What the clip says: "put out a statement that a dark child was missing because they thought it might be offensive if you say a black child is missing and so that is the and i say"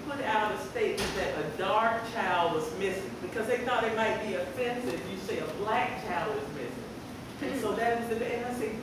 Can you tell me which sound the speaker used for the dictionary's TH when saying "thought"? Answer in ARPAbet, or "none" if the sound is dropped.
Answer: TH